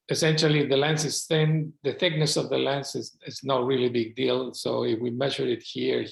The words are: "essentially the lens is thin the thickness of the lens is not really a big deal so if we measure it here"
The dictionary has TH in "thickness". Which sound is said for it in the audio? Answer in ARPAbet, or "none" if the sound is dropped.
TH